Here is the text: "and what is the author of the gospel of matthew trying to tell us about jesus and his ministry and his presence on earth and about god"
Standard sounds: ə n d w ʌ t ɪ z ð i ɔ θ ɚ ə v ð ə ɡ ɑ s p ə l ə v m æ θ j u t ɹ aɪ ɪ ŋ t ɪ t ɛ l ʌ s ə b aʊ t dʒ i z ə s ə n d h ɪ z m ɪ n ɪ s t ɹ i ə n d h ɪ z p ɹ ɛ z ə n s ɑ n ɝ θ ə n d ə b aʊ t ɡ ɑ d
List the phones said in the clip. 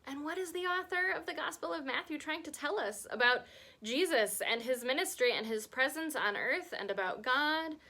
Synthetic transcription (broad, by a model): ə n w ʌ t ɪ z ð i ɔ θ ɚ ə v ð ə ɡ ɑ s p l ə v m æ θ j u t ɹ aɪ ɪ ŋ t ɪ t ɛ l ʌ s ə b aʊ t dʒ i z ə s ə n ɪ z m ɪ n ɪ s t ɹ i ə n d ɪ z p ɹ ɛ z ə n s n ɝ θ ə n ə b aʊ t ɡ ɑ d